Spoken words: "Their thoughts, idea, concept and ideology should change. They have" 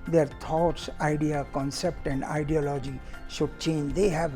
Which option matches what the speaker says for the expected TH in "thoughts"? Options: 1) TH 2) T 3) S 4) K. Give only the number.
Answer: 2